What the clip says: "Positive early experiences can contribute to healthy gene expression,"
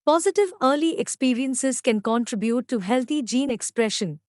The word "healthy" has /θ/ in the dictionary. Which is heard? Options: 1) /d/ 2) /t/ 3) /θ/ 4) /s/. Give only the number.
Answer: 2